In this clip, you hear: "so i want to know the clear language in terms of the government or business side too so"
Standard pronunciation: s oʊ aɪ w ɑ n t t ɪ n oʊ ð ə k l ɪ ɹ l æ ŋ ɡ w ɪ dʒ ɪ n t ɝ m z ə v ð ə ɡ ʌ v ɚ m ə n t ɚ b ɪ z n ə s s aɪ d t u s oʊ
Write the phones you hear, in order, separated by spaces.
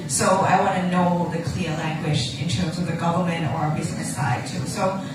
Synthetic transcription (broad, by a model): s oʊ aɪ w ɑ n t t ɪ n oʊ ð ə k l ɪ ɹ l æ ŋ ɡ w ɪ dʒ ɪ n t ɝ m z ə v ð ə ɡ ʌ v ɚ m ə n t ɚ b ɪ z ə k s aɪ d t u s oʊ